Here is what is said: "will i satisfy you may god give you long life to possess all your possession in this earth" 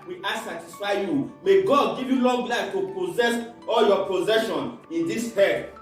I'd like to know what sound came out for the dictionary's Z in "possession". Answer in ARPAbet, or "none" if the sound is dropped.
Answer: Z